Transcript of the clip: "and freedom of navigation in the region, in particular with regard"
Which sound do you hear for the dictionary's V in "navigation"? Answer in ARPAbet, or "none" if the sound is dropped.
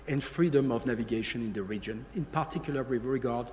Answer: V